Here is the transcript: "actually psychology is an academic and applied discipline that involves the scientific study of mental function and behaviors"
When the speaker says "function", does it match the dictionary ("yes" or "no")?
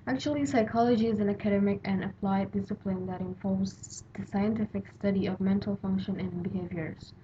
yes